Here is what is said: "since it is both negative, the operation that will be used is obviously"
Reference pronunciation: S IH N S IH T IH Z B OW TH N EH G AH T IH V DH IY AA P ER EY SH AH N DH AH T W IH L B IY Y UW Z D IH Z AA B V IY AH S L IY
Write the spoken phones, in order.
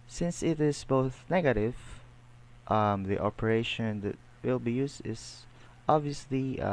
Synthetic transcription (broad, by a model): S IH N S IH T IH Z B OW TH N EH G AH T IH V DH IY AA P ER EY SH AH N DH AH T W IH L B IY Y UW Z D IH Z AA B V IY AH S L IY